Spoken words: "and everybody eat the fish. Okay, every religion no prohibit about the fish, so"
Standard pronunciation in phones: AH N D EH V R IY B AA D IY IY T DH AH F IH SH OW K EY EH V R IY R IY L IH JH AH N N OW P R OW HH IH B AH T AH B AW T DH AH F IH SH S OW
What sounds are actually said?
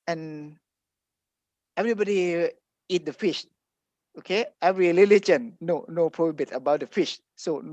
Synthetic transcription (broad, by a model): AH N EH V R IY B AA D IY IY T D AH F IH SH OW K EY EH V R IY L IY L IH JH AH N N OW P R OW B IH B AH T AH B AW T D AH F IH SH S OW